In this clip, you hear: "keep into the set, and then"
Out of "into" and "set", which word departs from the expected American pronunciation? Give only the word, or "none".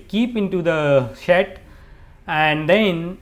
set